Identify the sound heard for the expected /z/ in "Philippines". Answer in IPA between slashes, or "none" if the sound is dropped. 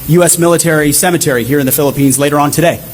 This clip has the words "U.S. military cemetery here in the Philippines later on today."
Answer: /z/